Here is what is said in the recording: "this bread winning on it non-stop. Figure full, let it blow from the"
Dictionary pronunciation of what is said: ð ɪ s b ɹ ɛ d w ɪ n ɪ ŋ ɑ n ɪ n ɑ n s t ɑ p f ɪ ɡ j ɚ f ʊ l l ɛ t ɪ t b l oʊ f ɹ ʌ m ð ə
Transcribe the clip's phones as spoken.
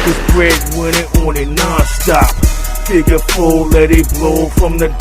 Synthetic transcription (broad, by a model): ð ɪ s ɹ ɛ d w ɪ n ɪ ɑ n ɪ n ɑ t s t ɑ p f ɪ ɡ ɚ p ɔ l l ɛ t ɪ t b l oʊ f ɹ ʌ m ð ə